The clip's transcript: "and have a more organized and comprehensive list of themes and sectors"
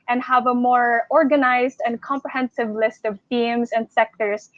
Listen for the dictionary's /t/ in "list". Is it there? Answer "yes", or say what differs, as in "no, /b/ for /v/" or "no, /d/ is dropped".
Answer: yes